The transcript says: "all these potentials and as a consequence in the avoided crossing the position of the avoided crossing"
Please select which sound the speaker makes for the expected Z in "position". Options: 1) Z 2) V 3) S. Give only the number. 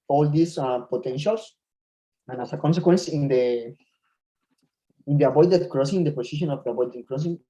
3